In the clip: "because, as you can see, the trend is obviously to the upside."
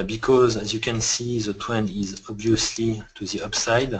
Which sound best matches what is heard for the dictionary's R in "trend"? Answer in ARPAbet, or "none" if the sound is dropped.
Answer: W